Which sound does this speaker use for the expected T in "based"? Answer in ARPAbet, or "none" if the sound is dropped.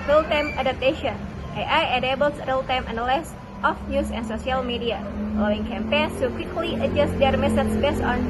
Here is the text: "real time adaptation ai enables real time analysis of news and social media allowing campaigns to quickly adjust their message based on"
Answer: none